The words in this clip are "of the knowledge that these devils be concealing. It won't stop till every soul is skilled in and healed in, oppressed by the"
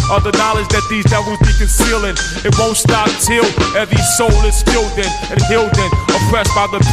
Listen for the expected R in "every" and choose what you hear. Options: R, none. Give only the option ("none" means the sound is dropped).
none